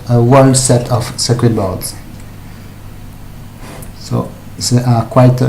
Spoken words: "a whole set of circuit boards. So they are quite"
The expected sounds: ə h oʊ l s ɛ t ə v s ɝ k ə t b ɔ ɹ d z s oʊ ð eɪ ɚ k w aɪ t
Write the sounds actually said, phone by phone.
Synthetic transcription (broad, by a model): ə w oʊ n s ɛ t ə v s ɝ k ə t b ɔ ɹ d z s oʊ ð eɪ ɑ k w aɪ t